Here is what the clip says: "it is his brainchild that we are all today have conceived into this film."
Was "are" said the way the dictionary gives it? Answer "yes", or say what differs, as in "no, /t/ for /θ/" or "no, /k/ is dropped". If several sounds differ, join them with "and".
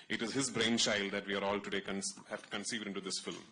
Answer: yes